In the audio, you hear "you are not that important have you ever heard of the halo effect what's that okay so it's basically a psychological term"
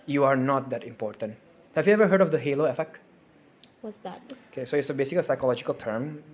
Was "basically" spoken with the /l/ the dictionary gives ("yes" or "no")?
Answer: no